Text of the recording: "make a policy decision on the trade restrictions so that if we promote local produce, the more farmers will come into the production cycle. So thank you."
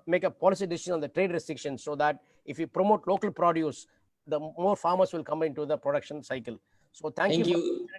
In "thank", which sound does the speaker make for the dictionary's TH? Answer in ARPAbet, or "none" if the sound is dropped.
T